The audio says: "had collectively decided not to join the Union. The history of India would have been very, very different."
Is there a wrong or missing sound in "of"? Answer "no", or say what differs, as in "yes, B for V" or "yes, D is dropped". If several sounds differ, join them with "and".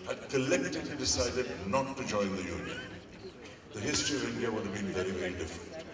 no